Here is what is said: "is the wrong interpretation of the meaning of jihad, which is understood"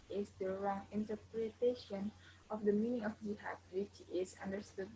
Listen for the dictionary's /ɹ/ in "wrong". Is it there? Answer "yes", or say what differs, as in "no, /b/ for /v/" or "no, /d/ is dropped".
yes